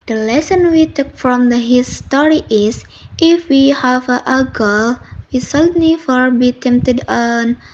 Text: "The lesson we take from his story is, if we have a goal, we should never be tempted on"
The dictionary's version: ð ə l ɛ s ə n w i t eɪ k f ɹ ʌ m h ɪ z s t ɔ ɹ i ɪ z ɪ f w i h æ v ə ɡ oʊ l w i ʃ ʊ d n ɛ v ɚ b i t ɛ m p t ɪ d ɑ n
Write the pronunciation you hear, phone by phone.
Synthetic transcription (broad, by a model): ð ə l ɛ s ə n w i t eɪ k f ɹ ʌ m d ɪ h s t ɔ ɹ i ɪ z ɪ f w i h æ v ə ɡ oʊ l w i s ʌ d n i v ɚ b i t ɛ m p t ɪ d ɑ n